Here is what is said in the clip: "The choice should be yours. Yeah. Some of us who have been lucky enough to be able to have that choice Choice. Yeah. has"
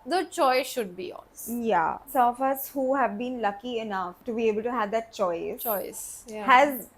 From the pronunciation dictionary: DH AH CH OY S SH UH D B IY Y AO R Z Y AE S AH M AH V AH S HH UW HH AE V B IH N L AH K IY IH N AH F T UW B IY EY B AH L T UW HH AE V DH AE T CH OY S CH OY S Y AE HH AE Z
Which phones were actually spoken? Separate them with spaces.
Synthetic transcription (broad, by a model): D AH CH OY S SH UH D B IY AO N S Y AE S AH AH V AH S HH UW HH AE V B IH N L AH K IY IH N AH F T UW B IY EY B AH L T UW HH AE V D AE T CH OY S CH OY S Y HH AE Z